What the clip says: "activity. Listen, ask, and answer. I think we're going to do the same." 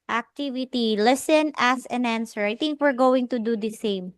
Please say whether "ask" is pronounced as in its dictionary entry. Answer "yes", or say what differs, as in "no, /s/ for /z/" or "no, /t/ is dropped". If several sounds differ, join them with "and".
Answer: no, /k/ is dropped